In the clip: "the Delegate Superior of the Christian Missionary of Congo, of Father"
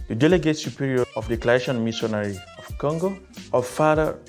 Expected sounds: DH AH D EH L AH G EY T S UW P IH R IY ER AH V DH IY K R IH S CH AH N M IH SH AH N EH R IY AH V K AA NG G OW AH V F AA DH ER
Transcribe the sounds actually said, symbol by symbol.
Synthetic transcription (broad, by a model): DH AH D EH L AH G EY T S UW P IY R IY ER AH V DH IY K L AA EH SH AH N M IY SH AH N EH R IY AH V K AA NG G OW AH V F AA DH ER